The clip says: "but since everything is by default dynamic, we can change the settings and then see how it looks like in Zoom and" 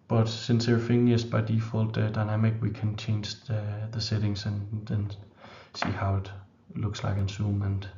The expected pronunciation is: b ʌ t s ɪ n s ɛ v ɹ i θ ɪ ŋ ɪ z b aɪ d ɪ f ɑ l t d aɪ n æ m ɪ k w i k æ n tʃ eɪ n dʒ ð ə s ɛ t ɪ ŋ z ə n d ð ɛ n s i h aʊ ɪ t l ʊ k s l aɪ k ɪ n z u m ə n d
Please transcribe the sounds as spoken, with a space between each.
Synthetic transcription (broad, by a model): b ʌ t s ɪ n s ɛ ɹ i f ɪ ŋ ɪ s b aɪ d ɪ f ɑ l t d aɪ n æ m ɪ k w i k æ n tʃ eɪ n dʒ ð ə s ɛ t ɪ ŋ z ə n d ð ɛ n s i h aʊ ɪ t l ʊ k s l aɪ k ɪ n s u m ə n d